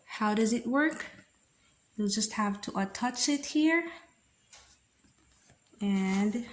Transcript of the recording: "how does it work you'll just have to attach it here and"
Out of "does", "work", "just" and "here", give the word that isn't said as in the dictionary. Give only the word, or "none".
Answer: none